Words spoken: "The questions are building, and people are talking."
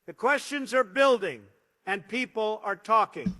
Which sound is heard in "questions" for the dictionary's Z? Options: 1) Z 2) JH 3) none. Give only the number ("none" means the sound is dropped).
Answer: 1